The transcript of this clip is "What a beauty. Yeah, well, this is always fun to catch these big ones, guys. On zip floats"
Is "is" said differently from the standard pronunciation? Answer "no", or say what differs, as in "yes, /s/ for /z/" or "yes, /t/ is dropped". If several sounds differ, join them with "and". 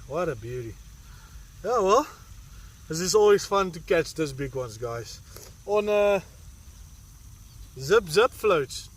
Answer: yes, /s/ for /z/